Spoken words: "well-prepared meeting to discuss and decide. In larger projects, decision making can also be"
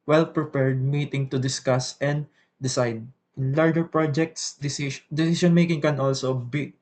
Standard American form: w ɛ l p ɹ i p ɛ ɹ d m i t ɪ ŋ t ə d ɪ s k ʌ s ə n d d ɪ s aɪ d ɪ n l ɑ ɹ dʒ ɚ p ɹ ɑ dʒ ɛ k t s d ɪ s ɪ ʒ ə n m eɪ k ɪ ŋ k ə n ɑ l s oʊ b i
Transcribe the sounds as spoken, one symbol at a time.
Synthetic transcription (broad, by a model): w ɛ l p ɹ i p ɛ ɹ d m i t ɪ ŋ t ə d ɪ s k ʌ s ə n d d ɪ s aɪ d ɪ n l ɑ ɹ dʒ ɚ p ɹ ɑ dʒ ɛ k t s d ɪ s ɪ s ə n m eɪ k ɪ ŋ k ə n ɑ l s oʊ b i